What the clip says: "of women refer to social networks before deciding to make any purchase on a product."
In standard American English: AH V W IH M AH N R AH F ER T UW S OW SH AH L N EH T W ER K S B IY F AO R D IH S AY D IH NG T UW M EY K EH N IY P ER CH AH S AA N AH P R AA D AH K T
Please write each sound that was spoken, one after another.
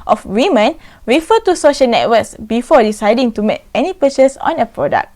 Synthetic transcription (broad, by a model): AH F W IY M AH N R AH F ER T UW S OW SH AH L N EH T W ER K S B IY F AO D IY S AY D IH NG T UW M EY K EH N IY P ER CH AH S AA N AH P R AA D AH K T